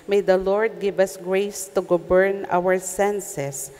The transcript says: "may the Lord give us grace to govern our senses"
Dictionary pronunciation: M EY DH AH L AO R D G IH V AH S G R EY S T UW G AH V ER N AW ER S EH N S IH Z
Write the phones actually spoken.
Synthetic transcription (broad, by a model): M EY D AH L AO R D G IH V AH S G R EY S T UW G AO B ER N AW ER S EH N S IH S